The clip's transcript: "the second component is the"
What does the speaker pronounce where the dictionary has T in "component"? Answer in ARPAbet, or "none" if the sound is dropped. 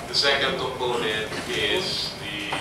none